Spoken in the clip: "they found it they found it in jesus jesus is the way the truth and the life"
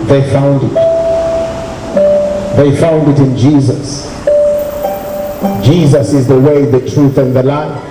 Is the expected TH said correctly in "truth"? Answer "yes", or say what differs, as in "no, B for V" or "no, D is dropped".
yes